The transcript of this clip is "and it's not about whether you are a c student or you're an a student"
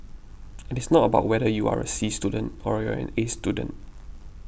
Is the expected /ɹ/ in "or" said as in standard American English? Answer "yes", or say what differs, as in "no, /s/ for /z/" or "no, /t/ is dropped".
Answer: yes